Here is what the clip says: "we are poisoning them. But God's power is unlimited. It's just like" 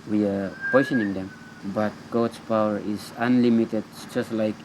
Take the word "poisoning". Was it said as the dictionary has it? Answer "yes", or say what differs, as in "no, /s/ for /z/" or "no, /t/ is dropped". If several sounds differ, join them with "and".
no, /s/ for /z/